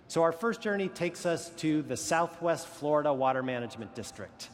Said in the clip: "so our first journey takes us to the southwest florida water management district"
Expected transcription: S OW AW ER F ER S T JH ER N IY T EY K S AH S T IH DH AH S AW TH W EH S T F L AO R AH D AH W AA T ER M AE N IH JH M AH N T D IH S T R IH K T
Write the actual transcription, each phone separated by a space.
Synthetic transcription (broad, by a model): S OW AW ER F ER S JH ER N IY T EY K S AH S T IH DH AH S AW TH W EH S T F L AO R AH D AH W AA T ER M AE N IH JH M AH N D IH S T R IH K T